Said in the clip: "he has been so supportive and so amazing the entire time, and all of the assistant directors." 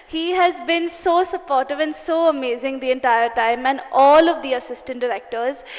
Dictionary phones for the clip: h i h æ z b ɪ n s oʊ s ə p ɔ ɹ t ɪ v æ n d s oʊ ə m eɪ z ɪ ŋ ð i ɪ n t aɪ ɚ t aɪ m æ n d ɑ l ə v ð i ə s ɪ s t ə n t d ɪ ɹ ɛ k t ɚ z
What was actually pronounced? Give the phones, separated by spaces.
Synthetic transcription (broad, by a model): h i h æ z b ɪ n s oʊ s ə p ɔ ɹ t ɪ v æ n d s oʊ ə m eɪ z ɪ ŋ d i ɪ n t aɪ ɚ t aɪ m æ n d ɑ l ə v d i ə s ɪ s t ə n t d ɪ ɹ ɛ k t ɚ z